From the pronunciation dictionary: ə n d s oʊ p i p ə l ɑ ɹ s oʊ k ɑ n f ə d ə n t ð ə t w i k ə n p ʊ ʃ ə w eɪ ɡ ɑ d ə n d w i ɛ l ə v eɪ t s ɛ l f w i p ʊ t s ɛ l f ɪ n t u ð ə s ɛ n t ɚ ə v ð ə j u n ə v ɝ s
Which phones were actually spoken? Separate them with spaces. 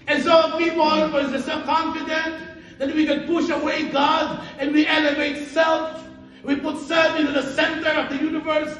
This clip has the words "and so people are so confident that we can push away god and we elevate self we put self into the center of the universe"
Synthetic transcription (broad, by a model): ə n s oʊ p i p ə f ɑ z s oʊ k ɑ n f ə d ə n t ð ə t w i k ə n p ʊ ʃ ə w eɪ ɡ ɑ d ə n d w i ɛ l ə v eɪ t s ɛ l f w i p ʊ t s ɛ l f ɪ n t u ð ə s ɛ n t ɚ ə v ð ə j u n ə v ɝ s